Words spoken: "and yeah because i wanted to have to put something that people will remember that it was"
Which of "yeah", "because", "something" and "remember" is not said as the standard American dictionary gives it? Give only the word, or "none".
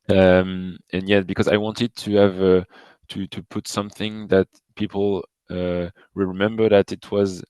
none